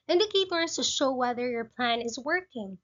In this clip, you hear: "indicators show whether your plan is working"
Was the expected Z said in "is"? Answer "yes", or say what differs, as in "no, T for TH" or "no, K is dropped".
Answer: yes